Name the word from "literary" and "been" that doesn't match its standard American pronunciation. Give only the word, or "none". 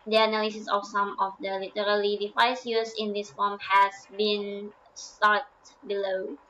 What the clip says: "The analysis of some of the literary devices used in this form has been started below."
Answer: literary